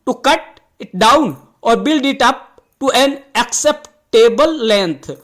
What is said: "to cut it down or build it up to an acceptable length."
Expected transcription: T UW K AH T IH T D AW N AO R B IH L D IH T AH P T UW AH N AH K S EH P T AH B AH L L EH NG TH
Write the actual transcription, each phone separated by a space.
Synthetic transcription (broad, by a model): T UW K AH T IH T D AW N AO R B IH L D IH T AH P T UW AH N AH K S EH P T AH B AH L L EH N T